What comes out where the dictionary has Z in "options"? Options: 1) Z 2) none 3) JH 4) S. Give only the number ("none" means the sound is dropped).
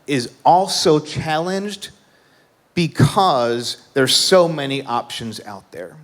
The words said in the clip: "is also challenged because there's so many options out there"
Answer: 1